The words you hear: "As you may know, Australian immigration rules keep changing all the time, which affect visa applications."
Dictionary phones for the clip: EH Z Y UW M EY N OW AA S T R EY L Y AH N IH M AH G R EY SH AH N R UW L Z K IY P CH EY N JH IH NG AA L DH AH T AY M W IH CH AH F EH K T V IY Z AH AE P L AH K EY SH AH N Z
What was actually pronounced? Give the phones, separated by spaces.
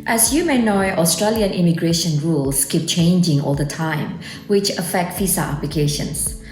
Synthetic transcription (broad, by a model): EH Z Y UW M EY N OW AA S T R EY L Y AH N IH M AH G R EY SH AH N R UW L S K IY P CH EY N JH IH NG AA L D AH T AY M W IH CH AH F EH K T F IY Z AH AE P L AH K EY SH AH N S